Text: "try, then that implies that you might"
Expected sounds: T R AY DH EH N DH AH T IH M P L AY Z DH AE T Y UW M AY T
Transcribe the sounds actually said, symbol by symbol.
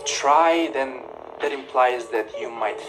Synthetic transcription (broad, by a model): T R AY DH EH N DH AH T IH M P L AY Z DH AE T Y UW M AY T